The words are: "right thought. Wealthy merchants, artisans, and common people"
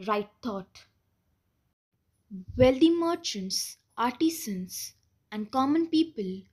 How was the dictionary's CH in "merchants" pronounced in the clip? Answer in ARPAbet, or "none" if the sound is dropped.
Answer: CH